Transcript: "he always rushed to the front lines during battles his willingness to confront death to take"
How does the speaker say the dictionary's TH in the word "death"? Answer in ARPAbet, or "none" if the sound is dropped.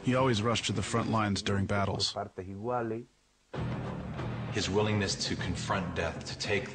TH